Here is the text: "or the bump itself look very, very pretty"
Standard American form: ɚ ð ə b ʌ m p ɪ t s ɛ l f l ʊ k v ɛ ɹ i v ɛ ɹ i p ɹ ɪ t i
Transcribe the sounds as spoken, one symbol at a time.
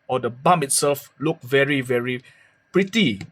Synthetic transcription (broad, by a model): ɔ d ə b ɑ m ɪ t s ɛ l f l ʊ k v ɛ ɹ i v ɛ ɹ i p ɹ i t i